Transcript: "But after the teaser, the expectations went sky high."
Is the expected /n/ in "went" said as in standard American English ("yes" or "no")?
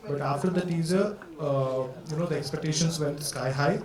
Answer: no